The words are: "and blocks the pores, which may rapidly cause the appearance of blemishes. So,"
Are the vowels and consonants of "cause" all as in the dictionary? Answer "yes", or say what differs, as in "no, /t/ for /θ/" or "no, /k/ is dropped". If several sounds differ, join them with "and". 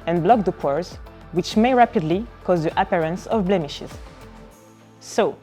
yes